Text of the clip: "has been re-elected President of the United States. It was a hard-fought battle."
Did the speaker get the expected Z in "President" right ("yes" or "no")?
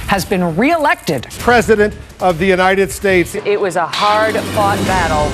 yes